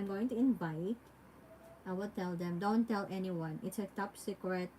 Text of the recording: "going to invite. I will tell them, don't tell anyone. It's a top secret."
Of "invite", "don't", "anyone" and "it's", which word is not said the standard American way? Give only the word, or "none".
invite